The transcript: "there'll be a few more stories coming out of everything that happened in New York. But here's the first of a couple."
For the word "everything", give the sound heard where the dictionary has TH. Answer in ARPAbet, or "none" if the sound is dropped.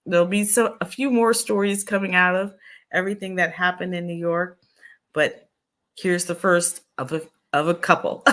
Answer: TH